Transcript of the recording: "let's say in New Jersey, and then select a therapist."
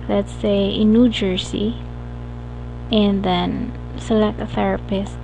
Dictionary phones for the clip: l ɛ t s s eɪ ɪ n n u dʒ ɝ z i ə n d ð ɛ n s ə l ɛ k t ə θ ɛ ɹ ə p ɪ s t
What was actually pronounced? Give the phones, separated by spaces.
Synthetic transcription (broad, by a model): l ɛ t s s eɪ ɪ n n u dʒ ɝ s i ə n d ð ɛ n s ə l ɛ k t ə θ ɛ ɹ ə p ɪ s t